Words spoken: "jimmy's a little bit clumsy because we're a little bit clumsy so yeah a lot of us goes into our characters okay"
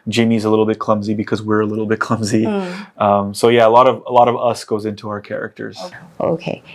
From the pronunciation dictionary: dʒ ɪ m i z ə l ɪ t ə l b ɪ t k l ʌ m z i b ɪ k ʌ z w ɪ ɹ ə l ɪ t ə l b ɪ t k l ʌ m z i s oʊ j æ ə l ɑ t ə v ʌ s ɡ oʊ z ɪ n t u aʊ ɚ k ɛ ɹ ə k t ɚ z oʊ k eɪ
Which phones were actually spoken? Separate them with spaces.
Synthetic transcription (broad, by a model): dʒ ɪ m i z ə l ɪ t l b ɪ t k l ʌ m z i b ɪ k ʌ z w ɪ ɹ ə l ɪ t l b ɪ t k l ʌ m z i s oʊ j æ ə l ɑ t ə v ʌ s ɡ oʊ z ɪ n t u aʊ ɚ k ɛ ɹ ə k t ɚ z oʊ k eɪ